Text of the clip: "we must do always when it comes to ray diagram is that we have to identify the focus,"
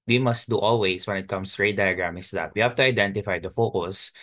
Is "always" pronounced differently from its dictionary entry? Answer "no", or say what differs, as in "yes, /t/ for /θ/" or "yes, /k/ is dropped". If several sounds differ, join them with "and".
yes, /s/ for /z/